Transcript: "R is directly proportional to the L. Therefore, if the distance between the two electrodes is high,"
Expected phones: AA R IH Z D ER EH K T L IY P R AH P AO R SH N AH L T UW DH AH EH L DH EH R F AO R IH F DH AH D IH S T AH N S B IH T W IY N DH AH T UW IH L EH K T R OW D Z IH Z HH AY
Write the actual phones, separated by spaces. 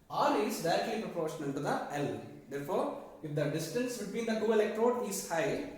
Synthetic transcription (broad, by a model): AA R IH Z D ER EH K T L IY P R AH P AO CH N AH N T UW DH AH EH L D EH R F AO R IH F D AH D IH S T AH N S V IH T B IY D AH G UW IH L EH K T R OW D IH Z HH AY